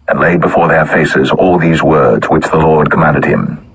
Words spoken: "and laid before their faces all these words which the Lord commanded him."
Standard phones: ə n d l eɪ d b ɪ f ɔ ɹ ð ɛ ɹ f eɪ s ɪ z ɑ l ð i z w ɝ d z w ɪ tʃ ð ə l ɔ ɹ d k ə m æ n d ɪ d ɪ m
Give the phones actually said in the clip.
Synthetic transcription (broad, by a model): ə n l eɪ d b ɪ f ɔ ɹ ð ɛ ɹ f eɪ s ɪ z ɑ l ð i z w ɝ d z w ɪ tʃ ð ə l ɔ ɹ d k ə m æ n d ɪ d ɪ m